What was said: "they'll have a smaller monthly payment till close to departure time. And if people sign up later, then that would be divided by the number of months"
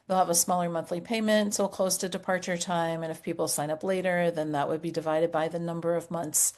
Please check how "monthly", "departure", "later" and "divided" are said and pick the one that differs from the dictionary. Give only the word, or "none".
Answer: none